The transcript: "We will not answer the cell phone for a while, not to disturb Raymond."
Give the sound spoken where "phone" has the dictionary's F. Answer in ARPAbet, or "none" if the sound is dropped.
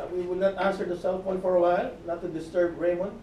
P